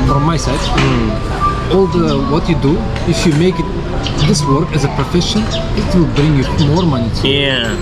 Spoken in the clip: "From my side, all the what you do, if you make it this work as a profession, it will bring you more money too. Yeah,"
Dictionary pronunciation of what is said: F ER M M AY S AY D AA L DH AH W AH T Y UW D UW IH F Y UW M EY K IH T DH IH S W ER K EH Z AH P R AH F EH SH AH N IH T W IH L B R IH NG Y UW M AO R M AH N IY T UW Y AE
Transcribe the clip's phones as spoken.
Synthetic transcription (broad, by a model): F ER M M AY S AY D AA L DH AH W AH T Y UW D UW IH F Y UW M EY K IH T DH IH S W ER K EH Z AH P R AH F EH SH AH N IH T W IH L B R IH NG Y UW M AO R M AH N IY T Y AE